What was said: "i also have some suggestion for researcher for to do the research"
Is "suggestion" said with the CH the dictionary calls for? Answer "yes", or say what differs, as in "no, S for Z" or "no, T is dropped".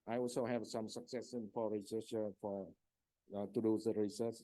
no, CH is dropped